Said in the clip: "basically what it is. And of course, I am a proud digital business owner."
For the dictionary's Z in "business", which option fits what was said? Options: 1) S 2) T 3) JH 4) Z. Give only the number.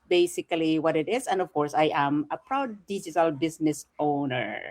1